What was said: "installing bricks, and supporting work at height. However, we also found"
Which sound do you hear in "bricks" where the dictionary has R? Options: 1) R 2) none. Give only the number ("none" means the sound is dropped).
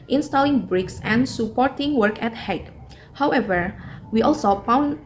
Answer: 1